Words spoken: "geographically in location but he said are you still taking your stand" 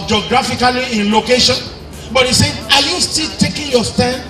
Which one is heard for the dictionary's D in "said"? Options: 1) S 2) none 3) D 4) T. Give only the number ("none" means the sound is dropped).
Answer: 2